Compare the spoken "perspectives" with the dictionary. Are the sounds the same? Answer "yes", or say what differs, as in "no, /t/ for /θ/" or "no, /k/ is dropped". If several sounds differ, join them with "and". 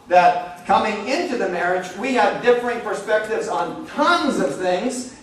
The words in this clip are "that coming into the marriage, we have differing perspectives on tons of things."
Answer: yes